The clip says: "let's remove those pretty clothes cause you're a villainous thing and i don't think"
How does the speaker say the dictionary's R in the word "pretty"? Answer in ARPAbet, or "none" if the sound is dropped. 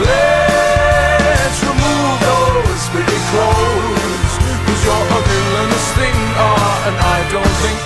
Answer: none